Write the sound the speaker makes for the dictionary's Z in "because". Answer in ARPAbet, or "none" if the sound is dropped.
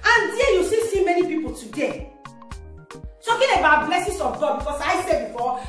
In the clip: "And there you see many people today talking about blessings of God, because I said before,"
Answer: S